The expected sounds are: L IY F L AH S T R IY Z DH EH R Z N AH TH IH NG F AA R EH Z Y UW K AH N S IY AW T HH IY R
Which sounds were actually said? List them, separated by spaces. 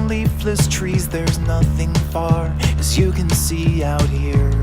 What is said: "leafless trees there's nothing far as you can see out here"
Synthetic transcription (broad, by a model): L IY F L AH S T R IY Z DH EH R Z N AH TH IH NG F AA R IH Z Y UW K AH N S IY AW T HH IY R